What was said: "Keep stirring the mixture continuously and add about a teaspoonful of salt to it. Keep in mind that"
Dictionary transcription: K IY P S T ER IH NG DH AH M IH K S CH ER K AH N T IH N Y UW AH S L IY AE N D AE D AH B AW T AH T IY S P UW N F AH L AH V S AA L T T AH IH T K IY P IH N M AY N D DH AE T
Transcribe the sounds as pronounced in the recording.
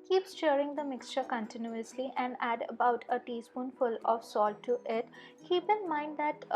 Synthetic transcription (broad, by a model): K IY P S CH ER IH NG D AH M IH K S CH ER K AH N T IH N Y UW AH S L IY AE N D AE D AH B AW T AH T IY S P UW N F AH L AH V S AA L T T IH T K IY P IH N M AY N D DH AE T